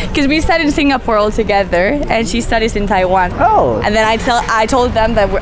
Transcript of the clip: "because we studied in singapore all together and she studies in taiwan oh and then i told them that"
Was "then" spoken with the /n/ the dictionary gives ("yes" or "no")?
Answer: no